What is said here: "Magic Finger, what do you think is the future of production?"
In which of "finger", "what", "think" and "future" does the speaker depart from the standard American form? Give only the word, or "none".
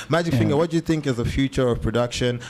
none